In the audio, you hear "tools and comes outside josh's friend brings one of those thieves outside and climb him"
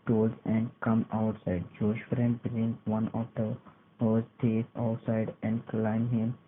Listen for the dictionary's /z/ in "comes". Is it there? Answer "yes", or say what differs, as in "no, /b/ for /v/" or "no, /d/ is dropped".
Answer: no, /z/ is dropped